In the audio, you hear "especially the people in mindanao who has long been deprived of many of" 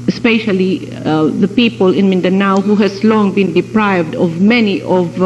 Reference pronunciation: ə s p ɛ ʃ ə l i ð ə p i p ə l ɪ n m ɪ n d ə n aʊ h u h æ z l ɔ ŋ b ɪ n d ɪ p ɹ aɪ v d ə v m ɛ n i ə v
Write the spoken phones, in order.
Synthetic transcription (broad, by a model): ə s p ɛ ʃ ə l i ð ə p i p ə l ɪ n m ɪ n d ə n aʊ h u h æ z l ɔ ŋ b ɪ n d ɪ p ɹ aɪ v d ə v m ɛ n i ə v